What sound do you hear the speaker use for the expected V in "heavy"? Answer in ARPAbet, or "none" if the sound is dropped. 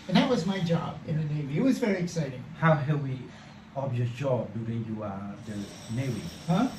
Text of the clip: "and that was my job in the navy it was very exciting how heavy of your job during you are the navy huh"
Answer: W